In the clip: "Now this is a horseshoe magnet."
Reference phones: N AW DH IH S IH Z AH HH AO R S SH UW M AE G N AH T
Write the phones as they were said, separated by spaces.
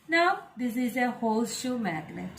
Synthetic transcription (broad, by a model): N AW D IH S IH Z AH HH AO L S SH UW M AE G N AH